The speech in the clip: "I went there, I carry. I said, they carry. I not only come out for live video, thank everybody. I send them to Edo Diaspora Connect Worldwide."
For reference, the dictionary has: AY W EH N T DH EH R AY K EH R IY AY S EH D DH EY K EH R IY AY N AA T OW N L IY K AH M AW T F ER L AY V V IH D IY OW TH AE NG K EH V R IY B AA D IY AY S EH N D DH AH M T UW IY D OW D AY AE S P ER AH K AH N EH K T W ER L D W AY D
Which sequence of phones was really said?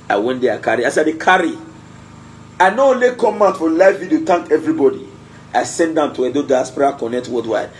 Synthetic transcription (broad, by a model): AY W EH N T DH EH AY K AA R IY AY S EH D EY K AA R IY AY N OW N L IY K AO M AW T F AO L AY F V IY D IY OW T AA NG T EH V R IY B AA D IY AY S EH N D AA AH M T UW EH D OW D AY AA S P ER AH K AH N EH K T W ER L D W AY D